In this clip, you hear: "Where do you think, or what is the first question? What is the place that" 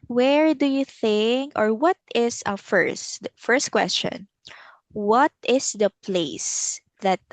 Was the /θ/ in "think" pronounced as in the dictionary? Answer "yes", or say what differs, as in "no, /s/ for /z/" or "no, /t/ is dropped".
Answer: yes